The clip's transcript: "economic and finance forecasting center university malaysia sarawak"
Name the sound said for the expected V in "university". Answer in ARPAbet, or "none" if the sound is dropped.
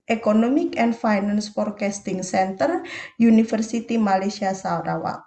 F